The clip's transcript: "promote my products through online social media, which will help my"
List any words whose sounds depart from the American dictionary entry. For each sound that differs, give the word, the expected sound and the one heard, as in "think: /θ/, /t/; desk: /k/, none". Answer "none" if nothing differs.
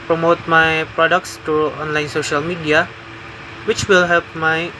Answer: through: /θ/, /t/